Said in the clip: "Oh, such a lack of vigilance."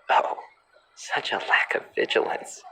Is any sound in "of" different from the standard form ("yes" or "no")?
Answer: no